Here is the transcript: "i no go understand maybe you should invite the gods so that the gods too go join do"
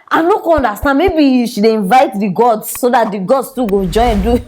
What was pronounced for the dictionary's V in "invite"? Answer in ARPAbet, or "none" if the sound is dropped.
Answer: V